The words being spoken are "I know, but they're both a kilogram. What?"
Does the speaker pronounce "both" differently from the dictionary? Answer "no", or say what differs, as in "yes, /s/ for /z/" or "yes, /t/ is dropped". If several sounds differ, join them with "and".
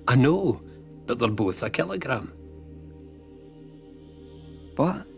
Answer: no